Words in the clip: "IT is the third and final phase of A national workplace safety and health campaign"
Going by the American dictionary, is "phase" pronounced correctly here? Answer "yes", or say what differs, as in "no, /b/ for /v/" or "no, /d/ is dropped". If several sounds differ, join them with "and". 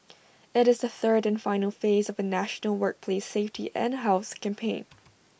yes